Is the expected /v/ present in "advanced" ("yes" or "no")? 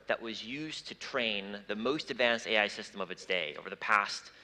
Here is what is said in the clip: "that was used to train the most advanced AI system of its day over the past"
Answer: yes